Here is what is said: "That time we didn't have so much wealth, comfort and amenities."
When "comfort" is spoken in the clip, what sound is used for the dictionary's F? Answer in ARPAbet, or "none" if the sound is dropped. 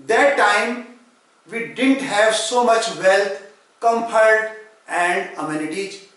P